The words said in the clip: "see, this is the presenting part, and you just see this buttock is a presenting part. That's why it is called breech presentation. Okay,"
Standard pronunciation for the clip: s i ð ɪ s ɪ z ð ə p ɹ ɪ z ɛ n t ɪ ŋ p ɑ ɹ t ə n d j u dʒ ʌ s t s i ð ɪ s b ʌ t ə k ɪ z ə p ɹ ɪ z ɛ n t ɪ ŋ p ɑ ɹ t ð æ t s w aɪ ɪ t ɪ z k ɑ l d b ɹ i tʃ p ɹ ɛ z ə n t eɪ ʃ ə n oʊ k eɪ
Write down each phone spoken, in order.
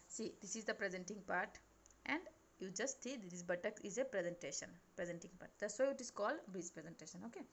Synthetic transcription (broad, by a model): s i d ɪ s ɪ z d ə p ɹ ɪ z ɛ n t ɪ ŋ p ɑ ɹ t ə n d j u dʒ ʌ s t s i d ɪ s b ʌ t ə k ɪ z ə p ɹ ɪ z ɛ n t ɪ ŋ p ɑ ɹ t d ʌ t s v ɪ t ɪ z k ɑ l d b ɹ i s p ɹ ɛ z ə n t eɪ ʃ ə n oʊ k eɪ